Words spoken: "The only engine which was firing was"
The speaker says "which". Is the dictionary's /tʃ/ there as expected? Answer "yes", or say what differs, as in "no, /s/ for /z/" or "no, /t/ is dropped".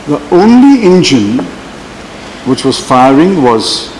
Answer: yes